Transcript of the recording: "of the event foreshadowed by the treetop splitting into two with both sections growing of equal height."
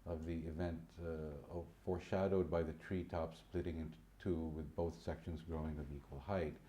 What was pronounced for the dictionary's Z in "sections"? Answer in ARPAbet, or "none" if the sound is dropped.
Z